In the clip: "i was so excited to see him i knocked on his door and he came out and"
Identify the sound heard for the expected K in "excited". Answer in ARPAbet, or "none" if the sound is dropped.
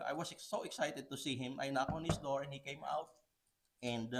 K